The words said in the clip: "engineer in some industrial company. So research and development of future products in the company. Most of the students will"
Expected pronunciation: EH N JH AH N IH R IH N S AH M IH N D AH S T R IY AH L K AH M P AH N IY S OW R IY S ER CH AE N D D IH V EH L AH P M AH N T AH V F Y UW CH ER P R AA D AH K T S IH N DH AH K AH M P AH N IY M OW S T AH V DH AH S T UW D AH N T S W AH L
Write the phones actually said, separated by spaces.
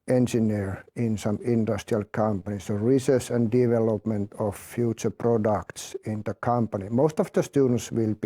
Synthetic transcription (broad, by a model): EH N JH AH N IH R IH N S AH M IH N D AH S T R IY AH L K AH M P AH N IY S OW R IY S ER S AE N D D IH V EH L AH P M AH N T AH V F Y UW CH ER P R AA D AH K T S IH N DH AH K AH M P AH N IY M OW S T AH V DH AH S T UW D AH N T S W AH L